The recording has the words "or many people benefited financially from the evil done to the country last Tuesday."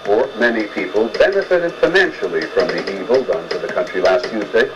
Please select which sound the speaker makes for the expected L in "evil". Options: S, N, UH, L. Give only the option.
L